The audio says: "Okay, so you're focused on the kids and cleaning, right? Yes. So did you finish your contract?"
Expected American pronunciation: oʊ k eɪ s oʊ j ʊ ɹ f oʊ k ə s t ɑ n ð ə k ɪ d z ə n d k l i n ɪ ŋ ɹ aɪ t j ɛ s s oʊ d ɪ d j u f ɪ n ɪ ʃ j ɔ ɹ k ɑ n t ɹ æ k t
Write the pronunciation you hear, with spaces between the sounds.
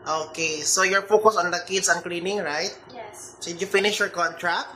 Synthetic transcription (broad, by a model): oʊ k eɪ s oʊ j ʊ ɹ f oʊ k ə s ɑ n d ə k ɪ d s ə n k l i n ɪ ŋ ɹ aɪ t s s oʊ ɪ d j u f ɪ n ɪ ʃ j ɔ ɹ k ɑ n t ɹ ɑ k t